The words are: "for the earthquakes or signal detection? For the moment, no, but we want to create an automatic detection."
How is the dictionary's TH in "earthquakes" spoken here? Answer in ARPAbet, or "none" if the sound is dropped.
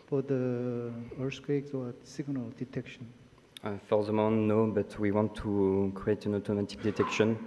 S